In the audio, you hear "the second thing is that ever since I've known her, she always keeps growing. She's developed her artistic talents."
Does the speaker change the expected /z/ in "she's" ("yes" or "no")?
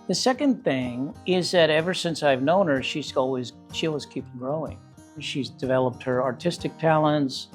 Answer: no